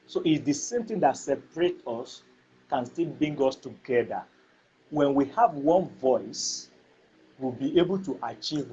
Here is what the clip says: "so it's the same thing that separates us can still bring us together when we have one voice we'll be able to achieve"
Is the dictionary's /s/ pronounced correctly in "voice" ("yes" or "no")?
yes